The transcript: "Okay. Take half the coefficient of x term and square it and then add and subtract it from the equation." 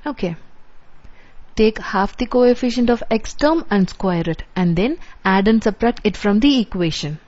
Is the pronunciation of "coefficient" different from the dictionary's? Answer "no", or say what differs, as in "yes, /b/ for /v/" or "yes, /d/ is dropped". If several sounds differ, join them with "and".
no